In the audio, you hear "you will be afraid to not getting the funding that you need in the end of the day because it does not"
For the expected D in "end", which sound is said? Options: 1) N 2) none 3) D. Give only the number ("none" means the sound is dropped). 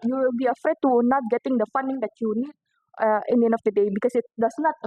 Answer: 2